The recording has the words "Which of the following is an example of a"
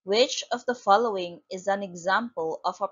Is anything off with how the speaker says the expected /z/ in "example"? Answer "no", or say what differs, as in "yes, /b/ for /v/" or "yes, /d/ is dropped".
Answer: no